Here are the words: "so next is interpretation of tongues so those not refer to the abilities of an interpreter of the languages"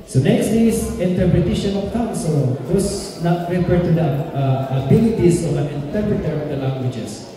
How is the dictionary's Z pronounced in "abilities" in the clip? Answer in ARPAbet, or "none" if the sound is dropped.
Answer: S